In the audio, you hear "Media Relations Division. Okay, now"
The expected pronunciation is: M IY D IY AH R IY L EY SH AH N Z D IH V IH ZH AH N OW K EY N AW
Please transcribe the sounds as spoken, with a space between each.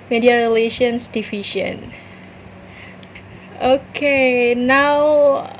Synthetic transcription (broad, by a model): M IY D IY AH R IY L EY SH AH N S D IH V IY SH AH N OW K EY N AW